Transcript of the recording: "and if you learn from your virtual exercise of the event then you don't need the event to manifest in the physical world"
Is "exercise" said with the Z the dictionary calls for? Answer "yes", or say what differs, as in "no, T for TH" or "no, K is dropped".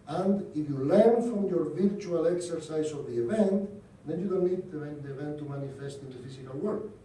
no, S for Z